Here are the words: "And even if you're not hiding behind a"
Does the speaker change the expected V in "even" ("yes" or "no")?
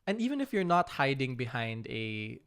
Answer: no